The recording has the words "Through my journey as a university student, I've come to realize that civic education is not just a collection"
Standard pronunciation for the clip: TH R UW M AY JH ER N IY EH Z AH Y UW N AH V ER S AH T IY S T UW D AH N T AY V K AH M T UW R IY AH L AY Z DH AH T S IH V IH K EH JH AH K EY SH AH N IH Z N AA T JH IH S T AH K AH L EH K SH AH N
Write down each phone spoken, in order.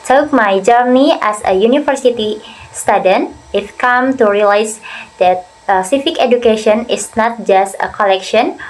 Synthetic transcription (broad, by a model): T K M AY JH ER N IY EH S AH Y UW N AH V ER S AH T IY S T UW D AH N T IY F K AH M T UW R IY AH L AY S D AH T S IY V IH K EH JH AH K EY SH AH N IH S N AA T JH IH S T AH K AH L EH K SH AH N